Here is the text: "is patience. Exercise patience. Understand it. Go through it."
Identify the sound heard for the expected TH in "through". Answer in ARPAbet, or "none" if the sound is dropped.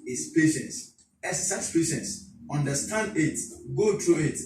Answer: T